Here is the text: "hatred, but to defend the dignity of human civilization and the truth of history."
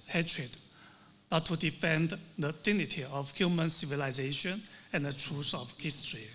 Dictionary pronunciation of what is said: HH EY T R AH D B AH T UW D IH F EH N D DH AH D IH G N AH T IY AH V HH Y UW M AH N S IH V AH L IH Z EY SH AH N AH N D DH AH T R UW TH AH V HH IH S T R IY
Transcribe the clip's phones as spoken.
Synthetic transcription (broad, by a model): HH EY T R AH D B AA T UW D IH F EH N D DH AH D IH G N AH T IY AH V HH Y UW M AH N S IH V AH L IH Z EY SH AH N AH N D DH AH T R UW S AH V HH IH S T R IY